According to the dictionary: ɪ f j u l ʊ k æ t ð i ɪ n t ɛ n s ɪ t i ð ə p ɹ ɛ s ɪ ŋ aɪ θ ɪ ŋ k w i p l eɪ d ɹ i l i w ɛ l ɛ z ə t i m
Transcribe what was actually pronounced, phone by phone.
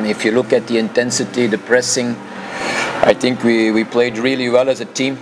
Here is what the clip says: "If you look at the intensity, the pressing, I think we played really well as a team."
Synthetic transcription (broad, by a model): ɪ f j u l ʊ k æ t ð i ɪ n t ɛ n s ɪ t i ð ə p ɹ ɛ s ɪ ŋ aɪ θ ɪ ŋ k w i p l eɪ d ɹ i l i w ɛ l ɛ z ə t i m